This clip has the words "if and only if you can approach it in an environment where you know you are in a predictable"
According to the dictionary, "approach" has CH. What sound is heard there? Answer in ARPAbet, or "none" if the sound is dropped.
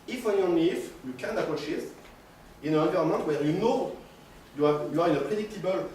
SH